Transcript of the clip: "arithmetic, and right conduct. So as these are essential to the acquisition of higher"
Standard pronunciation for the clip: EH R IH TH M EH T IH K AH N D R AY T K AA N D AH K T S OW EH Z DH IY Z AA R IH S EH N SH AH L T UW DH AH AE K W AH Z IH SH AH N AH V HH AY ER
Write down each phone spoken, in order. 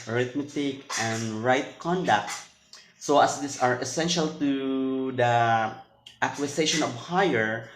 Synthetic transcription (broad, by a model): R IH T M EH T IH K AH N D R AY T K AA N D AH K T S OW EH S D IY S AA R IH S EH N SH AH L T UW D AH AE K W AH S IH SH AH N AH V HH AY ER